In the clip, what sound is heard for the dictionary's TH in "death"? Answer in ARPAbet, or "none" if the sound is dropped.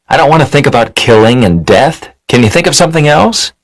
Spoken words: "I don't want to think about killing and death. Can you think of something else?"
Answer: TH